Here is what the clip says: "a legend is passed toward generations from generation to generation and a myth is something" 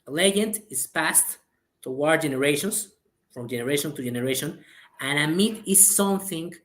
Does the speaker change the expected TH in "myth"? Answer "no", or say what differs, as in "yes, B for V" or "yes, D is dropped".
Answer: yes, T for TH